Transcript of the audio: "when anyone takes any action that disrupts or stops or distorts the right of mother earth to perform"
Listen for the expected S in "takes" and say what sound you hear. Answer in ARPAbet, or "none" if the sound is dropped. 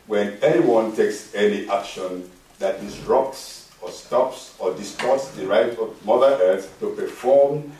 S